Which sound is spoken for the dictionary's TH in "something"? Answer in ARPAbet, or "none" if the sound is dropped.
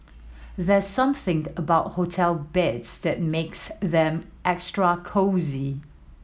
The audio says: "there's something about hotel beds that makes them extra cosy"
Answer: TH